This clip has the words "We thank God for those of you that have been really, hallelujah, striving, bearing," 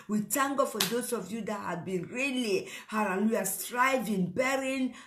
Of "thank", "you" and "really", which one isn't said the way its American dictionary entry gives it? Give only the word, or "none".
thank